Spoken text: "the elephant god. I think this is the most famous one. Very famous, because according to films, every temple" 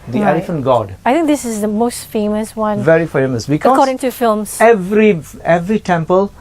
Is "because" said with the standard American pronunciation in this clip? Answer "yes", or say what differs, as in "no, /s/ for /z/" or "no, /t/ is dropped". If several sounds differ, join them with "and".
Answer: no, /z/ is dropped